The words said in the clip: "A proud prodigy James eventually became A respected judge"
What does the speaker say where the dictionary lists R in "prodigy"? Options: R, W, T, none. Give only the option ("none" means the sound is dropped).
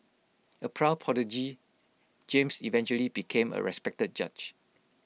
none